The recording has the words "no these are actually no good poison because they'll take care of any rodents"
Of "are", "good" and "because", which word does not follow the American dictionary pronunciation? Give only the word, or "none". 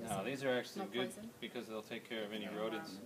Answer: none